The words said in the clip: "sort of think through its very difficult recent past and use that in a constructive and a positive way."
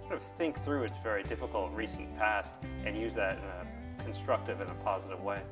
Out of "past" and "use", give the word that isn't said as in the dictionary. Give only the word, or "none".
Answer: none